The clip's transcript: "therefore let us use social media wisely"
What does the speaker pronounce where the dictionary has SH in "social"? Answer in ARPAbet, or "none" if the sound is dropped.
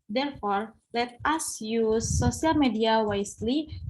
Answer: none